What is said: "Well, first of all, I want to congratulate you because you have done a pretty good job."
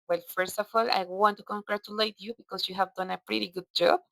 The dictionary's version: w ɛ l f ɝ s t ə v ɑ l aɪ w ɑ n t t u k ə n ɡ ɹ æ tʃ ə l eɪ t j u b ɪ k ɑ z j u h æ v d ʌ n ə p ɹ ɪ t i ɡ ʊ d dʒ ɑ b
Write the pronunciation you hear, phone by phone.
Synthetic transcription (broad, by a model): w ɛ l f ɝ s t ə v ɑ l aɪ w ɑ n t t u k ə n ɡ ɹ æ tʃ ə l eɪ t j u b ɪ k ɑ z j u h æ v d ʌ n ə p ɹ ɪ t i ɡ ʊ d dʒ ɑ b